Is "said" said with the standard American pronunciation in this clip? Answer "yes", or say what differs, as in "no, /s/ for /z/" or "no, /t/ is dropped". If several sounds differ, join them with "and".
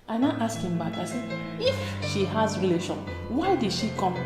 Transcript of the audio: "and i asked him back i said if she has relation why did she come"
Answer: no, /d/ is dropped